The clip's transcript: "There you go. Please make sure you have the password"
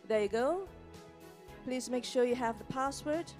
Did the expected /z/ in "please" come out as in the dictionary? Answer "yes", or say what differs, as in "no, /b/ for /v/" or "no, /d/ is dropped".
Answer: yes